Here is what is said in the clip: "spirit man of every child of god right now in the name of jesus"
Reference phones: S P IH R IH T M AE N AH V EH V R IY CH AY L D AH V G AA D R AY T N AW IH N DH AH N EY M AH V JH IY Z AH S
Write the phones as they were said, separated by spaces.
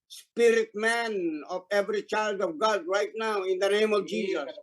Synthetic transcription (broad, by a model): S P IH R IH T M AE N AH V EH V R IY CH AY L D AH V G AA D R AY T N AW IH N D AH N EY M AH V JH IY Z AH S